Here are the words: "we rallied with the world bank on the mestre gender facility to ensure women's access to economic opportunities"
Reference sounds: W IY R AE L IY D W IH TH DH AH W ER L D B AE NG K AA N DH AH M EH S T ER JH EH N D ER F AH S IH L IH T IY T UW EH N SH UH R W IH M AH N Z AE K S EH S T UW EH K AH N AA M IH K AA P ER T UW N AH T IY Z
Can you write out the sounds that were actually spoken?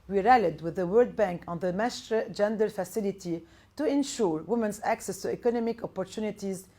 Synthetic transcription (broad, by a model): W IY R AE L IY D W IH DH AH W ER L D B AE NG K AA N DH AH M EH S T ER JH EH N D ER F AH S IH L IH T IY T UW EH N SH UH R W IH M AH N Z AE K S EH S T UW EH K AH N AA M IH K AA P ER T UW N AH T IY Z